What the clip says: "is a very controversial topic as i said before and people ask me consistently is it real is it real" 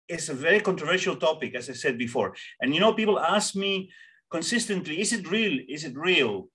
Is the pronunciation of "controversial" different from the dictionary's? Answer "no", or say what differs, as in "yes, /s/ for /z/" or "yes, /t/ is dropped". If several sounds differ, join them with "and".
no